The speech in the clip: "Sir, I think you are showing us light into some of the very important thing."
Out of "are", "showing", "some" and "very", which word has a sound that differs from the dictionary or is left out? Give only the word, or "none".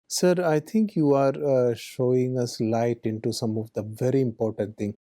none